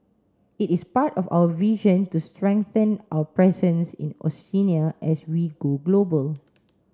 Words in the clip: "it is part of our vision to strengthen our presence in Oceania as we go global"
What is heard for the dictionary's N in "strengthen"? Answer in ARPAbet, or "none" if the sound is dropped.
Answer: N